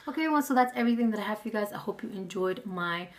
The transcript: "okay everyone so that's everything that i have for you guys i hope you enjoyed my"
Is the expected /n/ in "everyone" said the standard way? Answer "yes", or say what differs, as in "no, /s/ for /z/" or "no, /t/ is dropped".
no, /l/ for /n/